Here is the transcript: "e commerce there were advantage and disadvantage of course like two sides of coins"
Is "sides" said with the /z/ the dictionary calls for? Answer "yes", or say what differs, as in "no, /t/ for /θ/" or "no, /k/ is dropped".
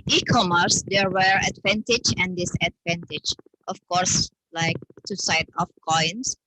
no, /z/ is dropped